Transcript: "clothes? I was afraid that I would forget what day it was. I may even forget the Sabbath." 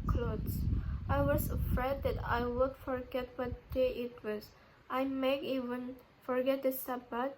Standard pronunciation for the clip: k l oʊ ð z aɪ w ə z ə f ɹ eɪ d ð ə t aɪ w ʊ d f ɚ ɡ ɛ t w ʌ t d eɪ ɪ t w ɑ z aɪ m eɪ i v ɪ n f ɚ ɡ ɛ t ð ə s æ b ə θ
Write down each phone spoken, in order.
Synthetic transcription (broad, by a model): k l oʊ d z aɪ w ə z ə f ɹ eɪ d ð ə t aɪ w ʊ d f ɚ ɡ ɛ t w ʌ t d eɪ ɪ t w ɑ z aɪ m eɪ i v ɪ n f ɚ ɡ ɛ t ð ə s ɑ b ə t